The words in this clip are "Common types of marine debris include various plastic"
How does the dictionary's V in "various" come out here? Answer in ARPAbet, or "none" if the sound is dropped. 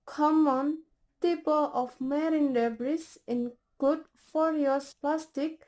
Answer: F